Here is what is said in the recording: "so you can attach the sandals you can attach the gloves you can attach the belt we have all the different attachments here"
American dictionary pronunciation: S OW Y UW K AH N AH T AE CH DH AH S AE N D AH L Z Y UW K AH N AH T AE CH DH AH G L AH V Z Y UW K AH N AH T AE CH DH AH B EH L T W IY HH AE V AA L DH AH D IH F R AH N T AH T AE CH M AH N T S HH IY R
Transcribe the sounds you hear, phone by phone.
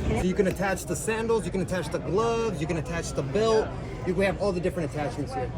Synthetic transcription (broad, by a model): S OW Y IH K AH N AH T AE CH DH AH S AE N D L Z Y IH K AH N AH T AE CH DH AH G L AH V Z Y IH K AH N AH T AE CH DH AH B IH L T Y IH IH V AA L DH AH D IH F R AH N T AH T AE CH M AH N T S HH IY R